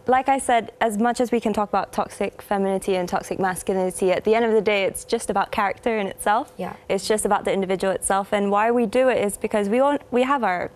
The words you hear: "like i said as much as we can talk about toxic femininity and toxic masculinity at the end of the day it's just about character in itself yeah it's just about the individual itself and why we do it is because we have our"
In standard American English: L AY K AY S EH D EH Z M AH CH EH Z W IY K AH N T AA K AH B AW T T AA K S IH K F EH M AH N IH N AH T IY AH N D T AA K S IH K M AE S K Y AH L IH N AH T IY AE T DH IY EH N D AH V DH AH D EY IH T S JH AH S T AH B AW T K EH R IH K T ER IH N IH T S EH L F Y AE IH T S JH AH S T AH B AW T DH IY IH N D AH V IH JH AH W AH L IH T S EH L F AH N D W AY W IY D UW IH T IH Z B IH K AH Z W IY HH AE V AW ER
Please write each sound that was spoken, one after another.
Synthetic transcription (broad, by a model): L AY K AY S EH D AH Z M AH CH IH Z W IY K AH N T AA K AH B AW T T AA K S IH K F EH M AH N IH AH T IY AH N T AA K S IH K M AE S K Y AH L IH N AH T IY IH T DH IY EH N D AH V DH AH D EY IH T S JH AH S T AH B AW T K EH R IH K T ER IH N IH T S EH L F Y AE IH T S JH AH S T AH B AW T DH IY IH N D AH V IH JH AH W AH L IH T S EH L F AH N W AY W IY D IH IH T IH Z B IH K AH Z W IY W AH V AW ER